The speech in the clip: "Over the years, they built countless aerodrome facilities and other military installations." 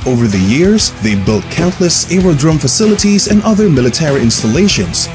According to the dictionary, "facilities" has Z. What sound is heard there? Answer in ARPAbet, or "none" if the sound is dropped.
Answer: Z